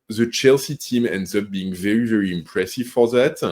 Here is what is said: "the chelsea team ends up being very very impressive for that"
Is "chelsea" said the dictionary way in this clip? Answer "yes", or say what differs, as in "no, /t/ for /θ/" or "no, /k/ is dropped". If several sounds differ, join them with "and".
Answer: yes